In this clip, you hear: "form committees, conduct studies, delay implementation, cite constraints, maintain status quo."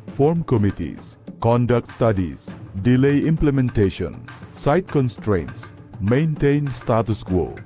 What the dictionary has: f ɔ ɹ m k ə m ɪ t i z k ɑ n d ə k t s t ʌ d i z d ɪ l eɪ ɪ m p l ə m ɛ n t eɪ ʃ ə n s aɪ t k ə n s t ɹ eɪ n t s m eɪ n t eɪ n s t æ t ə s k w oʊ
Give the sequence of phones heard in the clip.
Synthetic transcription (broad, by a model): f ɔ ɹ m k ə m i t i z k ɑ n d ə k t s t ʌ d i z d ɪ l eɪ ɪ m p l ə m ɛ n t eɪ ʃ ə n s aɪ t k ə n s t ɹ eɪ n t s m eɪ n t eɪ n s t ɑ t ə s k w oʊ